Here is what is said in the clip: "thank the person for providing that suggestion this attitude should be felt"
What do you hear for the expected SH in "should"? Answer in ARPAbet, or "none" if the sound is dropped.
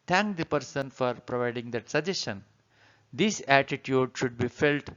SH